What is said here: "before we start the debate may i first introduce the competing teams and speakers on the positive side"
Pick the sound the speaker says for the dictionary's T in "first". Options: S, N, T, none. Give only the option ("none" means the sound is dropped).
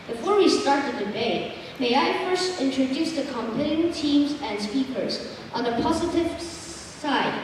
T